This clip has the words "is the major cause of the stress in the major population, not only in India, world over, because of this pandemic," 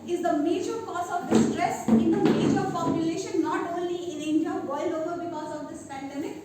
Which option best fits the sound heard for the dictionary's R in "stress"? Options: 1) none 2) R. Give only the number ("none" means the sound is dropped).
2